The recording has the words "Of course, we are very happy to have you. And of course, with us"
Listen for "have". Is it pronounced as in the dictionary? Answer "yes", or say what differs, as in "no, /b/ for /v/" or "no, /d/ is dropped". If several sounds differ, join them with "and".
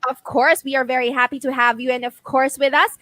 yes